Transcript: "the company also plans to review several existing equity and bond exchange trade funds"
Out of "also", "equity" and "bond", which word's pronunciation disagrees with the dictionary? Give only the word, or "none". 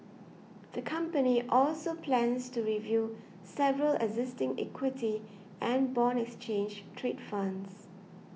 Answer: bond